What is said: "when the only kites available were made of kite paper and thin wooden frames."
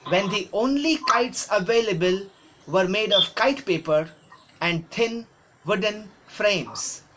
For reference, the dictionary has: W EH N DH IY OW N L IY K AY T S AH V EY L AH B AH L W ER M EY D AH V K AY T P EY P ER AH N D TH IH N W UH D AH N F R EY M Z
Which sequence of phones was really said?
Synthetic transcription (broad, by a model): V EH N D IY OW N L IY K AY T S AH V EY L AH B AH L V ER M EY D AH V K AY T P EY P ER AH N D T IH N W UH D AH N F R EY M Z